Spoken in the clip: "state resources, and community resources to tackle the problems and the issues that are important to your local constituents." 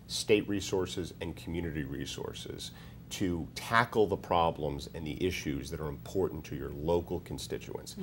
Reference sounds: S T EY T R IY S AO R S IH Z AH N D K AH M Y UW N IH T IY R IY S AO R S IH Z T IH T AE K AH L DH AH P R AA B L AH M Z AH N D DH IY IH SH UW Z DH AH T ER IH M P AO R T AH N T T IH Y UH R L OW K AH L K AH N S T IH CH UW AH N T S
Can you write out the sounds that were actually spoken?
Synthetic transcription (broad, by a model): S T EY T R IY S AO R S IH Z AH N K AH M Y UW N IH T IY R IY S AO R S IH Z T IH T AE K L DH AH P R AA B L AH M Z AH N DH IY IH SH UW Z DH AH T ER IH M P AO R T N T T IH Y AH R L OW K L K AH N S T IH CH UW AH N S